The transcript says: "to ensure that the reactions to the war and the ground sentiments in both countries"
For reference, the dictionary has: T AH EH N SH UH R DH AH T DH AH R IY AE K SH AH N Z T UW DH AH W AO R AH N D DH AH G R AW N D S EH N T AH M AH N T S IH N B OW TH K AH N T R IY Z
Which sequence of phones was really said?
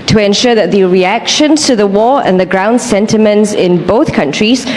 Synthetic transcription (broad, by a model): T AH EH N SH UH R DH AH T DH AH R IY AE K SH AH N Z T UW DH AH W AO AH N DH AH G R AW N D S EH N T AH M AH N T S IH N B OW TH K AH N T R IY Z